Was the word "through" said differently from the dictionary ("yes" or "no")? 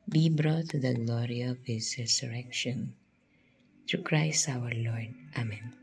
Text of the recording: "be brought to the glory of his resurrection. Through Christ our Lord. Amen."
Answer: yes